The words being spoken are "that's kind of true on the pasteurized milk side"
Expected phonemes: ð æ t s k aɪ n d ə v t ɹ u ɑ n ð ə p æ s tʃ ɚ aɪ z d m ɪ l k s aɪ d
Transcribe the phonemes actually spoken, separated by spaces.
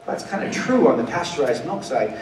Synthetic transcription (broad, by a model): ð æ t s k aɪ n d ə t ɹ u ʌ n ð ə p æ s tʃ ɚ aɪ z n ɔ k s aɪ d